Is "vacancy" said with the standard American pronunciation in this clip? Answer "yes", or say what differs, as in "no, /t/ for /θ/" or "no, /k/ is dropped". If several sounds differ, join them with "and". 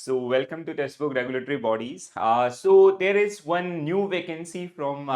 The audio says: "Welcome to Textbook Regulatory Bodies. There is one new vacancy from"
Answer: yes